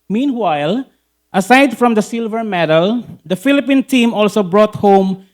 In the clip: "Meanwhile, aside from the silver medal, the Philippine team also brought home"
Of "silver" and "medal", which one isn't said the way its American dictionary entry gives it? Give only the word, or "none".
none